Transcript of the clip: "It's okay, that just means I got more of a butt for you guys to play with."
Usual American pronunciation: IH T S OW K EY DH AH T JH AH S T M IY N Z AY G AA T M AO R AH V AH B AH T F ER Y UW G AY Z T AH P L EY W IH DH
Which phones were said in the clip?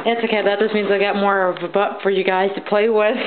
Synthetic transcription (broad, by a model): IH T S OW K EY DH AH T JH AH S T M IY N Z AY G AA T M AO R AH V AH B AH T F ER Y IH G AY Z T AH P L EY W IH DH